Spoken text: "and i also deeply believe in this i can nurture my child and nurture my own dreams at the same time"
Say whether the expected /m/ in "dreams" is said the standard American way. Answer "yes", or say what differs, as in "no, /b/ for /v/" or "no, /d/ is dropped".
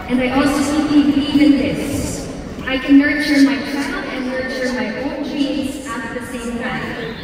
no, /m/ is dropped